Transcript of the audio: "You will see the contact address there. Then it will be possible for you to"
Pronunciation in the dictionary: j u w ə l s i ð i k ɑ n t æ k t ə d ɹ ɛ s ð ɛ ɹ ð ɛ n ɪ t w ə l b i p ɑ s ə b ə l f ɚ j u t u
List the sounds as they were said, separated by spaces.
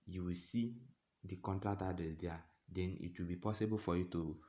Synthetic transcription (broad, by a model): j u w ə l s i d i k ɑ n t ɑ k t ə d ɛ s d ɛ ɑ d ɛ n ɪ t w ə l b i p ɑ s ə b ə l f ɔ j u t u